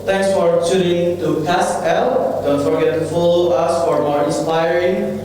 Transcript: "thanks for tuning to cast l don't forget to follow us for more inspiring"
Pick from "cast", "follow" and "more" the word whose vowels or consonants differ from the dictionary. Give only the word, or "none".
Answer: cast